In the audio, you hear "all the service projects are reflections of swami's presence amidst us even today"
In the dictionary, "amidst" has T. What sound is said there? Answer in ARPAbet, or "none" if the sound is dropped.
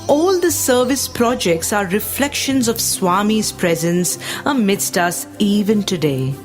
T